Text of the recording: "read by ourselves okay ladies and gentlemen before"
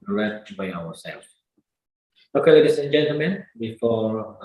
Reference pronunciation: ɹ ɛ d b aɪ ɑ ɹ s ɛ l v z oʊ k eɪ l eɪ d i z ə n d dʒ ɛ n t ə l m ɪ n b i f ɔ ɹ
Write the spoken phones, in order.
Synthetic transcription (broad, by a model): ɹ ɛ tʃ b aɪ ɑ w s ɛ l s oʊ k eɪ l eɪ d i s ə n dʒ ɛ n t ə l m ɪ n b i f ɔ